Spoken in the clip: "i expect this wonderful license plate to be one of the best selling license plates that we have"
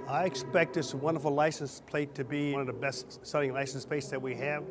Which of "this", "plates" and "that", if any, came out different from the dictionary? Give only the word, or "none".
plates